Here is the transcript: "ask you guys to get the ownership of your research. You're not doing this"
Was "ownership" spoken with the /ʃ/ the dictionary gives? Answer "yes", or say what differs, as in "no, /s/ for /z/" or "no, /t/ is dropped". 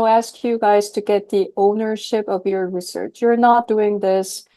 yes